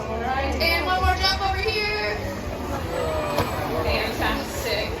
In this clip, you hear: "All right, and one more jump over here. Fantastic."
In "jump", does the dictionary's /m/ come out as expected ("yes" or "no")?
no